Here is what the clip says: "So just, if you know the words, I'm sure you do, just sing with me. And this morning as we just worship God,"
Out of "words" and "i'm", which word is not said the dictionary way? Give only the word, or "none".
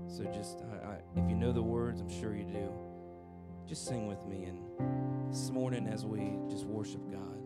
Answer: none